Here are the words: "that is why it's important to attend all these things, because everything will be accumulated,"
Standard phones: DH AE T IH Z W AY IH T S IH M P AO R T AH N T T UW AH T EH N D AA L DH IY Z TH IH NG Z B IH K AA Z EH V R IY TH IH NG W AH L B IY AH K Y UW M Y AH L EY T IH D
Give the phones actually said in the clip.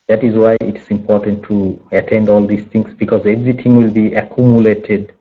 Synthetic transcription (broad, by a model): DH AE T IH Z W AY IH T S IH M P AO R T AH N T T UW AH T EH N D AA L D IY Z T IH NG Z B IH K AA Z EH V R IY T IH NG W AH L B IY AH K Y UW M Y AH L EY T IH D